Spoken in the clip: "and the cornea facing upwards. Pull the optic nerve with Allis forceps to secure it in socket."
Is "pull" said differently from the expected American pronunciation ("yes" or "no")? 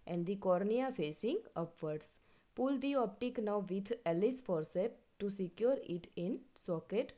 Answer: no